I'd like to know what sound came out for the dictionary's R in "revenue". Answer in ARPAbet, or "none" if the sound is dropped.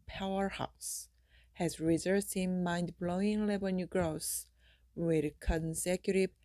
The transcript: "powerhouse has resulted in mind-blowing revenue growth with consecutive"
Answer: L